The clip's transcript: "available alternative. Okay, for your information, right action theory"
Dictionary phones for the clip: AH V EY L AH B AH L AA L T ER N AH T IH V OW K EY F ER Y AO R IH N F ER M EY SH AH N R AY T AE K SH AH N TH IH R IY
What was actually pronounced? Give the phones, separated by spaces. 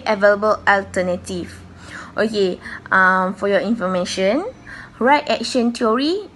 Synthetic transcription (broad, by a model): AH V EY L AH B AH L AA L T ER N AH T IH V OW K EY F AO Y AO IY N F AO M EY SH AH N R AY T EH K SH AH N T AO R IY